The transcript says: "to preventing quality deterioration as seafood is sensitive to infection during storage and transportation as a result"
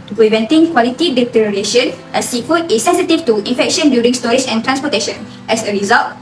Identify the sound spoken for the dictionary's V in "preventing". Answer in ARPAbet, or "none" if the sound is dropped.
V